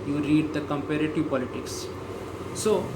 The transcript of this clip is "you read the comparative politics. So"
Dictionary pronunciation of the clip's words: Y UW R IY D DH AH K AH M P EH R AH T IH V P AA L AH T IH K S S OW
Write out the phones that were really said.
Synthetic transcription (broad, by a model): Y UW R IY D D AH K AH M P EH R AH T IH V P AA L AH T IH K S S OW